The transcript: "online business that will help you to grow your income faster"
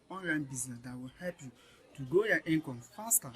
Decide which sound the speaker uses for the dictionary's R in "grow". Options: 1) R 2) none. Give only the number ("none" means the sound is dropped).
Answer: 2